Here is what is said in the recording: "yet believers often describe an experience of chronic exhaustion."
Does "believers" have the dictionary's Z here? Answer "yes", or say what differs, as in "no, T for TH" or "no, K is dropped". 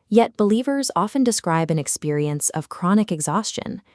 yes